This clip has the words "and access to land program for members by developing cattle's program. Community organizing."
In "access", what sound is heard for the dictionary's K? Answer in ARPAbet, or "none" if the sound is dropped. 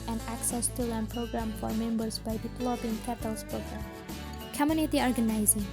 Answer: K